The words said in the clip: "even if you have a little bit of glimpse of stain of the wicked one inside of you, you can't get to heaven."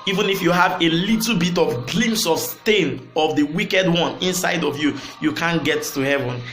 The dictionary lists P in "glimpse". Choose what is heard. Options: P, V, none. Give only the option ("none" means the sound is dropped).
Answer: none